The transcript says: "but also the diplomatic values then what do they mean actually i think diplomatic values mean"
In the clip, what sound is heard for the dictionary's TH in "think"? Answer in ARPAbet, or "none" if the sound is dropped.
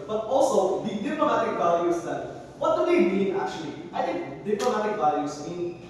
T